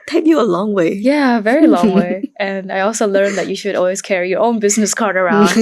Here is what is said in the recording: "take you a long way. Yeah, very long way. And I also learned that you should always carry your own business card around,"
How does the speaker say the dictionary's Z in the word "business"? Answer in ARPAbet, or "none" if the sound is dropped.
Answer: Z